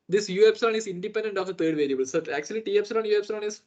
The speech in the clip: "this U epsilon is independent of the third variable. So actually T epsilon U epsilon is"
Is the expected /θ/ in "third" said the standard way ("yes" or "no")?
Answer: no